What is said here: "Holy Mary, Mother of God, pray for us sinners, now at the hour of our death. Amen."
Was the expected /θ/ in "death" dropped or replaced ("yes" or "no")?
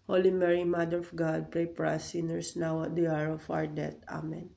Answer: yes